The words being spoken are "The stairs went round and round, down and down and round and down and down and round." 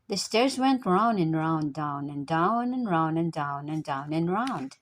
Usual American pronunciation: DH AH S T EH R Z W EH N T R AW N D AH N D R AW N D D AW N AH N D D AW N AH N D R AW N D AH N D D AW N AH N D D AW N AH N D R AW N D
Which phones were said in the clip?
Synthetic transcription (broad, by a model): DH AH S T EH R Z W EH N T R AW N AH N R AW N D D AW N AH N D D AW N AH N R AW N AH N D D AW N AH N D D AW N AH N R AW N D